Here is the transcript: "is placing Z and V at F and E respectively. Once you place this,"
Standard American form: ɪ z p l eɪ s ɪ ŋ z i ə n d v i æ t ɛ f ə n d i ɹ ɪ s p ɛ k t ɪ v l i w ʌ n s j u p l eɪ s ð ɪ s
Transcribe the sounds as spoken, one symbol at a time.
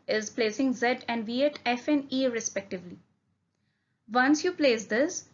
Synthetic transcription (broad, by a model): ɪ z p l eɪ s ɪ ŋ z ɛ ə n d v i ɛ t ɛ f ə n d i ɹ ɪ s p ɛ k t ɪ v l i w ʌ n s j u p l eɪ s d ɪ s